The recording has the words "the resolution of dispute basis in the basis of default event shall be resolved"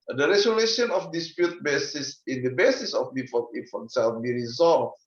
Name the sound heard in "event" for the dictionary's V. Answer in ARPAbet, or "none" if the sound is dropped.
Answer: F